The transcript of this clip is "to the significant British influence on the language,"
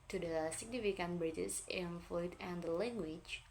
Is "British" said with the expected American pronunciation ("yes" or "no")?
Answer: no